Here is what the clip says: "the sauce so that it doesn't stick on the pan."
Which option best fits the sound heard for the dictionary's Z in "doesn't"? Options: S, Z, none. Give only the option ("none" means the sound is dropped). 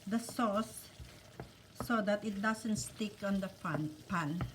S